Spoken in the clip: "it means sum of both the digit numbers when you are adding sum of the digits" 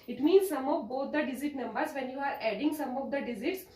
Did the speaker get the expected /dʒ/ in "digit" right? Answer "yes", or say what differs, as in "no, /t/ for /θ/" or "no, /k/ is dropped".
no, /z/ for /dʒ/